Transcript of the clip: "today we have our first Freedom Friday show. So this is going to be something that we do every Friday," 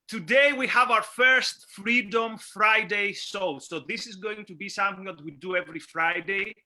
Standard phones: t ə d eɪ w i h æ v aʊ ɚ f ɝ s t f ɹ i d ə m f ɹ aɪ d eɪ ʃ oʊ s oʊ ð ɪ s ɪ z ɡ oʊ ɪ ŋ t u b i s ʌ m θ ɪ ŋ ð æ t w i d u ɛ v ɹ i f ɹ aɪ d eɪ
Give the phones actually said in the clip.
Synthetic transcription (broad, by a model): t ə d eɪ w i h æ v aʊ ɚ f ɝ s t f ɹ i d ə m f ɹ aɪ d eɪ s oʊ s oʊ ð ɪ s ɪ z ɡ oʊ ɪ ŋ t u b i s ʌ m θ ɪ ŋ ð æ t w i d u ɛ v ɹ i f ɹ aɪ d eɪ